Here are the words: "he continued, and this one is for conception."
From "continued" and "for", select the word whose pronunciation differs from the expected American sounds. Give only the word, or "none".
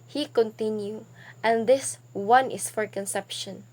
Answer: continued